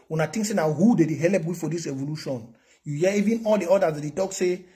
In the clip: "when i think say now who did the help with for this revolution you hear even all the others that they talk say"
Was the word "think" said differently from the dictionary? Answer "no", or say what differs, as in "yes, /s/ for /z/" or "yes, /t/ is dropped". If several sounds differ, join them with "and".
yes, /t/ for /θ/